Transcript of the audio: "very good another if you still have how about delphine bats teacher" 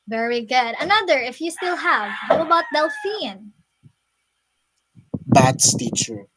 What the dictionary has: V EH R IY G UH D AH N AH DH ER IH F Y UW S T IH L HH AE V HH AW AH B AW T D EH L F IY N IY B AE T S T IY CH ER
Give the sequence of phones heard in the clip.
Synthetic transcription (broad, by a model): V EH R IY G UH D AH N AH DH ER IH F Y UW S T IH L HH AE V HH AW AH B AW T D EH L F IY N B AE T S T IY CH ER